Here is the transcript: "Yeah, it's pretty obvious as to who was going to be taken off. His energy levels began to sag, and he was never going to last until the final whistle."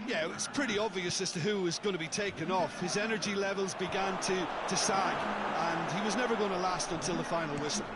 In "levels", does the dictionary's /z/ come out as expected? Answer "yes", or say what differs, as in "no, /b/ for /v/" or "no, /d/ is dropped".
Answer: yes